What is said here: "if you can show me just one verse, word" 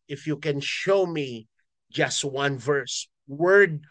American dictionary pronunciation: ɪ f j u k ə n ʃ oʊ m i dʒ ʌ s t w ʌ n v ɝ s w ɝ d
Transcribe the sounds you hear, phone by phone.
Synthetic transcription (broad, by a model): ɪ f j u k ə n ʃ oʊ m i dʒ ʌ s t w ʌ n v ɝ s w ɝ d